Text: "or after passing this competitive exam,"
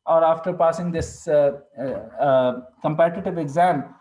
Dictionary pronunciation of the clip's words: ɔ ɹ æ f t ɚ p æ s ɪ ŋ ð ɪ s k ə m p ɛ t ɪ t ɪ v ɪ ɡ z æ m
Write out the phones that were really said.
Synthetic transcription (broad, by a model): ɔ ɹ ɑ f t ɚ p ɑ s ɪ ŋ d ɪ s k ə m p ɛ t ɪ t ɪ v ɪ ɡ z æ m